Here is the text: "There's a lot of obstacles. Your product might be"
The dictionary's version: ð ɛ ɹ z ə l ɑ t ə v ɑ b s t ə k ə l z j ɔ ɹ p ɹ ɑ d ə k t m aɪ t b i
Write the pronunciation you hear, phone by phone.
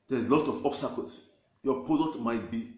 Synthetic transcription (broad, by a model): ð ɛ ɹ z l ɑ t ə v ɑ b s t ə k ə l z j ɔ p ɑ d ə t m aɪ t b i